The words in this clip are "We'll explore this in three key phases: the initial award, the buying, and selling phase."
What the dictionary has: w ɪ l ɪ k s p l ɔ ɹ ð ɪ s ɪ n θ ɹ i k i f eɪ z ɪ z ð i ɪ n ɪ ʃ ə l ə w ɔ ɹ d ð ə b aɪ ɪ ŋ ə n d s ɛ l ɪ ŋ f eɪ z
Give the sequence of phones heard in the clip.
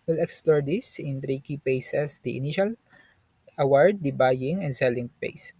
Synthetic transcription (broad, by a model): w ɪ l ɪ k s p l ɔ ɹ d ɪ s ɪ n t ɹ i k i p eɪ s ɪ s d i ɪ n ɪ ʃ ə l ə w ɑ ɹ d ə b aɪ ɪ ŋ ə n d s ɛ l ɪ ŋ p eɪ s